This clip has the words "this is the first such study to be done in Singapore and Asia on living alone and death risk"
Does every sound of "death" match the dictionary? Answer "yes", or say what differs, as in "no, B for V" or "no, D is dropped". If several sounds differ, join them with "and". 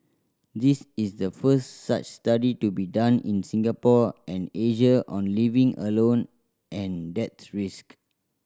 no, S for TH